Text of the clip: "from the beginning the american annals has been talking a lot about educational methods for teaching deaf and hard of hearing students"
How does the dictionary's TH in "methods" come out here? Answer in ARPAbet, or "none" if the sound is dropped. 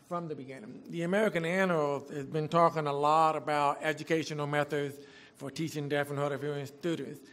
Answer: TH